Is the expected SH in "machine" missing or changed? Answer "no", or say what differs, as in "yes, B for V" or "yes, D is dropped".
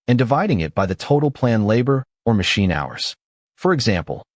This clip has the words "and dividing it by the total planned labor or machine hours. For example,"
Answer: no